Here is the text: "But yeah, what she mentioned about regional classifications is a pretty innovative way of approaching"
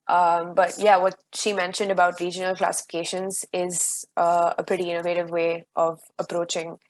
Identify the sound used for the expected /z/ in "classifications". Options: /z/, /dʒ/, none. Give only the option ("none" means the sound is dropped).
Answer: /z/